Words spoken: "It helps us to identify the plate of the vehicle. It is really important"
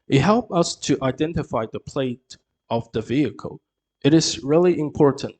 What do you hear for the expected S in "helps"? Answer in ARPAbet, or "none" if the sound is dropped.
none